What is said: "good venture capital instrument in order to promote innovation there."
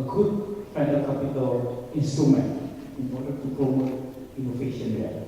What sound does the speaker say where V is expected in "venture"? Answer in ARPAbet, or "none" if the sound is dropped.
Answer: F